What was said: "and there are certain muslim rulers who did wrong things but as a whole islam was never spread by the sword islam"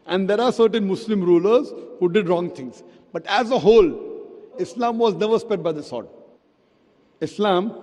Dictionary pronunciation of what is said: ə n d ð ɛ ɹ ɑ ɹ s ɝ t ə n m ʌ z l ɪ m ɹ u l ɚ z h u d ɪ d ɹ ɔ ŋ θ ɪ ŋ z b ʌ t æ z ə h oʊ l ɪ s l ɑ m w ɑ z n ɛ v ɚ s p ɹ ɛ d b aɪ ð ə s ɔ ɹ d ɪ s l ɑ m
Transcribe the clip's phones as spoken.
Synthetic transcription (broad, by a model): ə n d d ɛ ɹ ɑ ɹ s ɝ t ə n m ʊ s l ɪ m ɹ u l ɚ z h u d ɪ d ɹ ɔ ŋ t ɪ ŋ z b ʌ t æ z ə h oʊ l ɪ s l ɑ m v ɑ z n ɛ v ɚ s p ɛ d b aɪ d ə s ɔ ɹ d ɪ s l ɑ m